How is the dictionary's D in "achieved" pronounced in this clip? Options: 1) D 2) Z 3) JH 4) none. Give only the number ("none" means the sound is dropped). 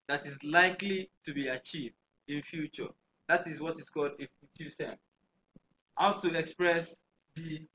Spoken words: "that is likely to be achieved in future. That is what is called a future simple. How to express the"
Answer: 1